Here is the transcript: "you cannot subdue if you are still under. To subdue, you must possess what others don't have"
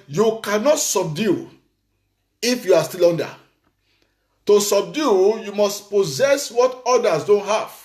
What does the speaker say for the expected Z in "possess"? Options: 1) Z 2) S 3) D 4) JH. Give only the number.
1